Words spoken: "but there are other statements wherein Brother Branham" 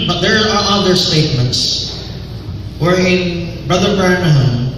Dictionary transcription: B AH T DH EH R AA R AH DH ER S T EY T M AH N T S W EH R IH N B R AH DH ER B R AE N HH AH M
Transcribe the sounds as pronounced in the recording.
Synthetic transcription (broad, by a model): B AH T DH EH R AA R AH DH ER S T EY T M AH N T S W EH R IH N B R AH DH ER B R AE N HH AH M